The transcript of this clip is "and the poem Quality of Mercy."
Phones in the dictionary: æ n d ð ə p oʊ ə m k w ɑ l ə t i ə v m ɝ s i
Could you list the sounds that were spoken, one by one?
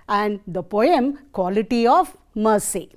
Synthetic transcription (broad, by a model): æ n d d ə p oʊ ə m k w ɑ l ə t i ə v m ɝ s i